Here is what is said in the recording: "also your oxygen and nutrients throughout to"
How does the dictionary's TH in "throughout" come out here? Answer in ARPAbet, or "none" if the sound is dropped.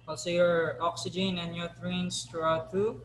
T